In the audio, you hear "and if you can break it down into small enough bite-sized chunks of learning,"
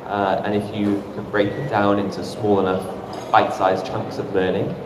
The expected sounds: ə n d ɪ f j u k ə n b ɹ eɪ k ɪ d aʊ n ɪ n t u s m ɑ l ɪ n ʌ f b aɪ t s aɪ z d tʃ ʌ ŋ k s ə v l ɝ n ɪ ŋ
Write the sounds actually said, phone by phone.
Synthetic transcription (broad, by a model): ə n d ɪ f j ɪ k ə n b ɹ eɪ k ɪ d aʊ n ɪ n t u s m ɑ l ɪ n ʌ f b aɪ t s aɪ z tʃ ʌ ŋ k s ə v l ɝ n ɪ ŋ